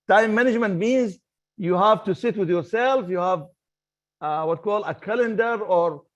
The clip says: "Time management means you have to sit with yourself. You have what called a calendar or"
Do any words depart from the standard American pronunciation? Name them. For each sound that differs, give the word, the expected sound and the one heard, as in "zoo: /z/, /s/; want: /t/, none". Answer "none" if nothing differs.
none